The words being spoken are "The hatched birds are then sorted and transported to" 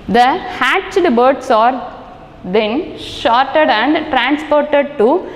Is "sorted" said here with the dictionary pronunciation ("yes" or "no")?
no